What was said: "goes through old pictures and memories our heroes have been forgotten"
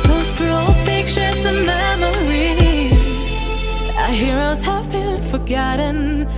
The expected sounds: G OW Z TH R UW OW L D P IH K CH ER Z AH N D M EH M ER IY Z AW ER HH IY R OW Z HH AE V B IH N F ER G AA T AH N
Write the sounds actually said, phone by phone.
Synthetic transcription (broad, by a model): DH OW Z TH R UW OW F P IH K SH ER S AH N M EH M ER IY Z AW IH HH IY R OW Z HH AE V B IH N F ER G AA T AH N